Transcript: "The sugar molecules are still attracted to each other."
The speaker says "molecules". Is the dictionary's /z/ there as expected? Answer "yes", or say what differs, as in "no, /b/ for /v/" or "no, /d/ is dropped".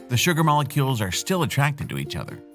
yes